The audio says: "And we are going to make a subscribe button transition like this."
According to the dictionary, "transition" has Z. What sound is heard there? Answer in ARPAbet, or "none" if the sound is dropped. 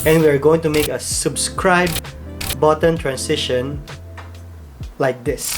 S